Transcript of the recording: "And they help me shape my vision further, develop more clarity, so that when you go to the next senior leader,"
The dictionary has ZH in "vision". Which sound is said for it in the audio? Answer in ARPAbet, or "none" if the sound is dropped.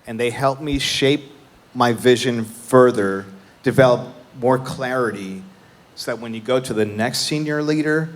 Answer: ZH